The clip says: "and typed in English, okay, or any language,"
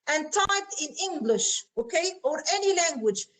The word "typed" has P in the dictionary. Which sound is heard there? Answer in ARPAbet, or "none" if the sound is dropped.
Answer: none